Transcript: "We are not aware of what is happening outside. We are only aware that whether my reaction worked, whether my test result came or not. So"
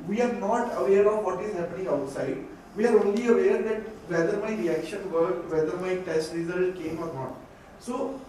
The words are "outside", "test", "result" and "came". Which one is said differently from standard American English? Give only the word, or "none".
result